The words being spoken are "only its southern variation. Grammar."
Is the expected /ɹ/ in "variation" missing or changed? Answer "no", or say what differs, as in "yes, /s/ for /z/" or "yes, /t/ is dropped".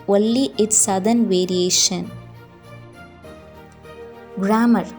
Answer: no